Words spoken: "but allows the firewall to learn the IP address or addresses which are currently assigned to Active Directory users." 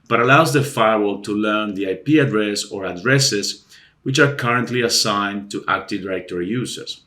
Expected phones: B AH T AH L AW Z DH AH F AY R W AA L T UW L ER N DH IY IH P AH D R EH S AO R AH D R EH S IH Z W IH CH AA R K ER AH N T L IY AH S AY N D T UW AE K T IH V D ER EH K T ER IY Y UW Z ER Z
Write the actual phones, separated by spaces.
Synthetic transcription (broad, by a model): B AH T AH L AW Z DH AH F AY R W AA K T UW L ER N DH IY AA P AH D R EH S AO R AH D R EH S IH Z W IH CH AA R K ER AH N T L IY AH S AY N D T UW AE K T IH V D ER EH K T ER IY Y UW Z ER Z